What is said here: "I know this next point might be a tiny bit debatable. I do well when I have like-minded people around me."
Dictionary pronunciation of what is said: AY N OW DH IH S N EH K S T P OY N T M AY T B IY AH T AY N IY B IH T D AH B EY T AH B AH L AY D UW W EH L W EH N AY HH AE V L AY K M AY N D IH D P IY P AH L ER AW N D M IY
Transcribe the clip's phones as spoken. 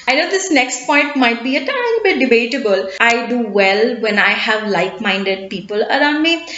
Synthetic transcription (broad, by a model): AY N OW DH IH S N EH K S T P OY N T M AY T B IY AH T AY L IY B IH T D AH B EY T AH B AH L AY D UW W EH L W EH N AY HH AE V L AY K M AY N D IH D P IY P AH L ER AW N D M IY